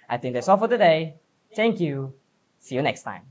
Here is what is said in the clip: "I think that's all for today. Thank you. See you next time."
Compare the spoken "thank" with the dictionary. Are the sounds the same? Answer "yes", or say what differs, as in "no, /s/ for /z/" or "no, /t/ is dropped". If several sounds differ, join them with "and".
no, /t/ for /θ/